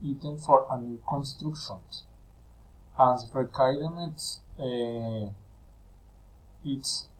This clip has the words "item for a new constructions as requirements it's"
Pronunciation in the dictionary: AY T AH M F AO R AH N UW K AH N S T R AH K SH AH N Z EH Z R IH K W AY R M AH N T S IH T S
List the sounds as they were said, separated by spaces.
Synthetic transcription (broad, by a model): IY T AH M F AO R AH N UW K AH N S T R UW K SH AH N S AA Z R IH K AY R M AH T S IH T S